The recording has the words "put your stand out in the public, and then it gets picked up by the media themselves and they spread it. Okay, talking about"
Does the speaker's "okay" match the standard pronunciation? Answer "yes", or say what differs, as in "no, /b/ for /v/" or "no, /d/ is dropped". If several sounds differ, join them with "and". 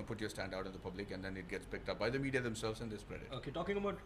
yes